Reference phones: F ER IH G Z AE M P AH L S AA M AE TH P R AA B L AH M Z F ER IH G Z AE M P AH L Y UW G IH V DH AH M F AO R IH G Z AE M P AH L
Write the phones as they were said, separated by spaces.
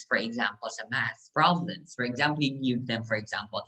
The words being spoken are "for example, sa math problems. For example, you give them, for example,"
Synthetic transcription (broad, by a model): F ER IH G Z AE M P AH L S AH M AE S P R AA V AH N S F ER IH G Z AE M P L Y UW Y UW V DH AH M F AO R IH G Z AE M P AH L